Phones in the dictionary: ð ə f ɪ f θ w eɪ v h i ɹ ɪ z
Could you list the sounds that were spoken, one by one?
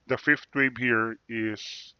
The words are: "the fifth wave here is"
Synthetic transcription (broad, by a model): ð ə f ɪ f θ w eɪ b h i ɹ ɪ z